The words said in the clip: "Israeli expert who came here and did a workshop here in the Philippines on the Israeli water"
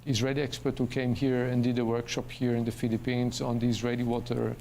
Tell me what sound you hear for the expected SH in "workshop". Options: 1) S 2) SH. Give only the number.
2